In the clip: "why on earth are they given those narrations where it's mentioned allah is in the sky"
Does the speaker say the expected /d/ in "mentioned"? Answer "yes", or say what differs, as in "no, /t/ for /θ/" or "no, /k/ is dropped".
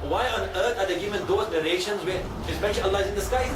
no, /d/ is dropped